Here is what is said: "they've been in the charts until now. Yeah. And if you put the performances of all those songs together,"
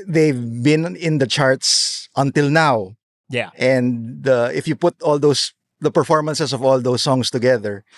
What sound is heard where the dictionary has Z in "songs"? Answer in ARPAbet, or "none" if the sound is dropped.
S